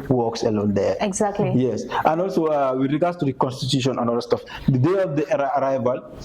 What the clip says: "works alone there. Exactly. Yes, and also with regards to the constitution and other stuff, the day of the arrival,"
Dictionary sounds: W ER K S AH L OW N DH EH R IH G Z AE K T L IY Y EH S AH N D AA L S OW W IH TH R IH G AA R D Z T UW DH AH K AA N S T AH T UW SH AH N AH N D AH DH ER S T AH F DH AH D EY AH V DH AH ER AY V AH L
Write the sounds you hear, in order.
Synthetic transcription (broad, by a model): W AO K S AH L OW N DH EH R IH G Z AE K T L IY Y EH S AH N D AA L S OW W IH R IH G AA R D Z T UW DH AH K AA N S T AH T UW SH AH N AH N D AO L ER S T AH F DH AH D EY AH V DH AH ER AY V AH L